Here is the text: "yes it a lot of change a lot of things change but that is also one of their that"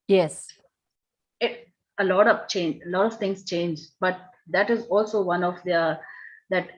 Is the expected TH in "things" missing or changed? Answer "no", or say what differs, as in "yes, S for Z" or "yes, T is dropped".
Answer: yes, T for TH